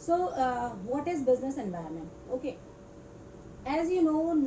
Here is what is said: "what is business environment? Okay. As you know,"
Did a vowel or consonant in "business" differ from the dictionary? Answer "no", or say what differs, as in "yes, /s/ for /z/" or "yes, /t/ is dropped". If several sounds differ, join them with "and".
no